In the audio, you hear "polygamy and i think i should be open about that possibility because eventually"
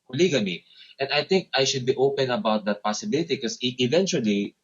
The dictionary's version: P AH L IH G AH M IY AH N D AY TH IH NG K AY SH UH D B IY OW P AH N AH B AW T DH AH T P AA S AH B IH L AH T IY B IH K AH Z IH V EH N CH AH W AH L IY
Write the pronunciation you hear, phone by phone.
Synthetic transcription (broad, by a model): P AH L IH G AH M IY AH N D AY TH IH NG K AY SH UH D B IY OW P AH N AH B AW T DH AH T P AA S AH B IH L AH T IY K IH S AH IH V EH N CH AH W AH L IY